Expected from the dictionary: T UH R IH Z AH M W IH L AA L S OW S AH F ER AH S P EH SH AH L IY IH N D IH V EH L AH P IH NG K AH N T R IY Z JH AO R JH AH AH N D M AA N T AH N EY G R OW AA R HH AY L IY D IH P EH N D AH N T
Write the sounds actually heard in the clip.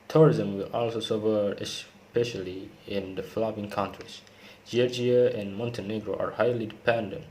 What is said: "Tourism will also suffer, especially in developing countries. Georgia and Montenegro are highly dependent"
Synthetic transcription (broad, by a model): T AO R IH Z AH M W IH L AA L S OW S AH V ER AH S P EH SH AH L IY IH N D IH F L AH B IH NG K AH N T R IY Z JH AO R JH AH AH N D M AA N T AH N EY G R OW AA R HH AY L IY D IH P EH N D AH N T